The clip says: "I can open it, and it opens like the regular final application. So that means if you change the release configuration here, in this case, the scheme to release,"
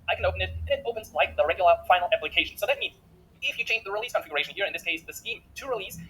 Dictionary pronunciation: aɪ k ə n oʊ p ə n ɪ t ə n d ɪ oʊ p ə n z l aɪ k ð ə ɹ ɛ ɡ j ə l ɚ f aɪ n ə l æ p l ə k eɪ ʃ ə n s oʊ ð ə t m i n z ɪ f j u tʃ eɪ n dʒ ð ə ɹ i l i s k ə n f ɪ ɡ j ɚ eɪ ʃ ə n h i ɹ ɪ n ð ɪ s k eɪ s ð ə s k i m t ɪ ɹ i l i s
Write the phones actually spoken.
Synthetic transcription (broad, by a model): aɪ k ə n oʊ p ə n ɪ t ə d ɪ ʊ p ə n z l aɪ k ð ə ɹ ɛ ɡ j l ɚ f aɪ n l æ p l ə k eɪ ʃ n s oʊ ð ə t m i n z ɪ f j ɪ tʃ eɪ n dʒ ð ə ɹ i l i s k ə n f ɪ ɡ j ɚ eɪ ʃ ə n h i ɹ ɪ n ð ɪ s k eɪ s ð ə s k i m t ɪ ɹ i l i s